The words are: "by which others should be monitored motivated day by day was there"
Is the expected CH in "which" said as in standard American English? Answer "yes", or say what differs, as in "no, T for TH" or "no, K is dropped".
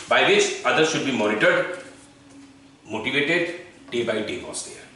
no, S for CH